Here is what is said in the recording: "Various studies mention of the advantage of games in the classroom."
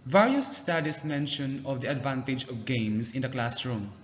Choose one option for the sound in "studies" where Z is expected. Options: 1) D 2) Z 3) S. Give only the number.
3